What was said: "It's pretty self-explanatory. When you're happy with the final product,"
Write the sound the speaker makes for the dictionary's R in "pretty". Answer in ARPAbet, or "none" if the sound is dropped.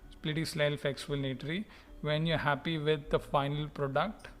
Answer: L